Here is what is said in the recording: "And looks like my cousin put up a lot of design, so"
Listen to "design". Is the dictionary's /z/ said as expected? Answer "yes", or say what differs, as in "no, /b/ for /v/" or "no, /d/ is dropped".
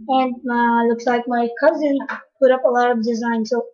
yes